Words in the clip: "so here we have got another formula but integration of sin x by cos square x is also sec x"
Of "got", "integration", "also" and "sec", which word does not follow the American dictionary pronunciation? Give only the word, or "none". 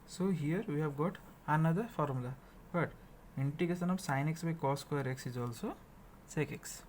integration